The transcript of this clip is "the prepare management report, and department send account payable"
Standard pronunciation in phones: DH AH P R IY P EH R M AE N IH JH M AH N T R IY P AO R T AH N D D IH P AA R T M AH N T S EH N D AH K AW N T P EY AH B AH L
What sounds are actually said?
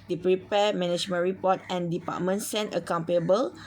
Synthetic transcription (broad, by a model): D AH P R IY P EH M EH N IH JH M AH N R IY P AO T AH N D D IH P AA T M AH N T S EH N AH K AW N T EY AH B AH L